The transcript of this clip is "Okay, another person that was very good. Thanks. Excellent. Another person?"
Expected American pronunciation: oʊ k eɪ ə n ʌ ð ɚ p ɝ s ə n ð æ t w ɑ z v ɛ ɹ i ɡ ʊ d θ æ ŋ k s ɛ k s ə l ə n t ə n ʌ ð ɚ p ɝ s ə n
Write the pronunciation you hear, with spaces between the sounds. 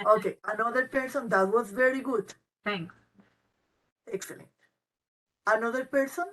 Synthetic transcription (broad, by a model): oʊ k eɪ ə n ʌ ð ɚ p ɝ s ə n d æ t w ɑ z v ɛ ɹ i ɡ ʊ d t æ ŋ k s ɛ k s ə l ə n t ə n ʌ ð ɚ p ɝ s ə n